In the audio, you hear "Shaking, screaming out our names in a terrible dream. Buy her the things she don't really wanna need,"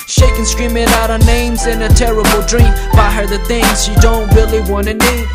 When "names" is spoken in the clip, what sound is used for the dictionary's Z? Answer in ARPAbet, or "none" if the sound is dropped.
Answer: Z